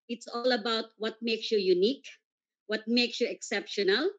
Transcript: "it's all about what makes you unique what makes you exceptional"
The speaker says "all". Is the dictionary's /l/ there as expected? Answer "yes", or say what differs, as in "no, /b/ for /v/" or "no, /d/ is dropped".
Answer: yes